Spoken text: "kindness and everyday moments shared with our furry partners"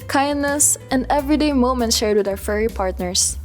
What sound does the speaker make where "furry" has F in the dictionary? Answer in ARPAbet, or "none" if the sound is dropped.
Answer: F